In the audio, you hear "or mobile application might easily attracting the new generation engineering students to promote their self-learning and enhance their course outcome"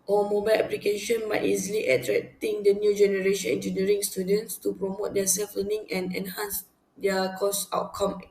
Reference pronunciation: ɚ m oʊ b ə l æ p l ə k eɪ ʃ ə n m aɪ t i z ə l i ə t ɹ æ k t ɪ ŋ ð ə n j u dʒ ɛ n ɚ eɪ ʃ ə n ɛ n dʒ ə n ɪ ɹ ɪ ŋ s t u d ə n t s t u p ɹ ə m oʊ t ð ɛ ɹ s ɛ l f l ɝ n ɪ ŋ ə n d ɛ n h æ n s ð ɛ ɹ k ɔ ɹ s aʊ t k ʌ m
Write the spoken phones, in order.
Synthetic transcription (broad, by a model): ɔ m oʊ b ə l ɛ p l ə k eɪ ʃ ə n m aɪ t i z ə l i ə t ɹ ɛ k t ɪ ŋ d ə n j u dʒ ɛ n ɚ eɪ ʃ ə n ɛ n dʒ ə n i ɹ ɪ ŋ s t u d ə n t s t u p ɹ ə m oʊ t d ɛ s ɛ l f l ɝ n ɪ ŋ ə n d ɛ n h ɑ n s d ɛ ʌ k ɔ s aʊ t k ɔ m